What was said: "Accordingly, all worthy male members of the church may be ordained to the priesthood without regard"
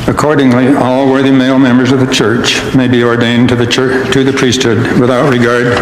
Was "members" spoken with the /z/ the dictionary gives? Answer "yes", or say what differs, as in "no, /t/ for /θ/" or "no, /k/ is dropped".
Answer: yes